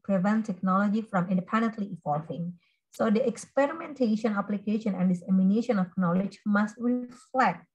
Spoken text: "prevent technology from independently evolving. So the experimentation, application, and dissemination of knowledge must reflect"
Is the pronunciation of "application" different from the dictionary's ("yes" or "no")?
no